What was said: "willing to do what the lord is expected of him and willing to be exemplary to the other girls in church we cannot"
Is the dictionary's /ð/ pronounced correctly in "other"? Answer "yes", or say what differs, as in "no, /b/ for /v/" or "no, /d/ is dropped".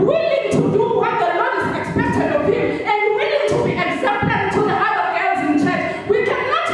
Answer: no, /ð/ is dropped